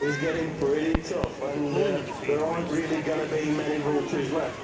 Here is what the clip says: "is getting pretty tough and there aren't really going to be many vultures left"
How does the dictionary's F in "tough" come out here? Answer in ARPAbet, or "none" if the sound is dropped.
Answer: F